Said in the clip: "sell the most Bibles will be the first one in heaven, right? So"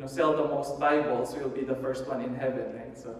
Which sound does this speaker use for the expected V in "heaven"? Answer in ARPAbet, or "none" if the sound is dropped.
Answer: V